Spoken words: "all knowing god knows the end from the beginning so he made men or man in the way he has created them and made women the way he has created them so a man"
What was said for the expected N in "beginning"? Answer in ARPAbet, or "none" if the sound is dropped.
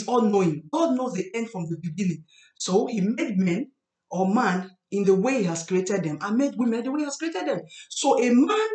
L